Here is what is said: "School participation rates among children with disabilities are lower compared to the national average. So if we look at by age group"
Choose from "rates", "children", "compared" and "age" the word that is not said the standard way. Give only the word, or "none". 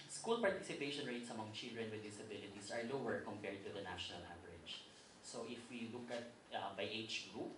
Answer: age